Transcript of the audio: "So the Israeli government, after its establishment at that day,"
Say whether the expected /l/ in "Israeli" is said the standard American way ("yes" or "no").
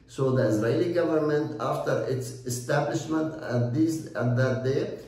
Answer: yes